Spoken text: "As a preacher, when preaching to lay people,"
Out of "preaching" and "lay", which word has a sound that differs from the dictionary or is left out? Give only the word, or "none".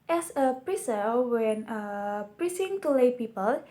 preaching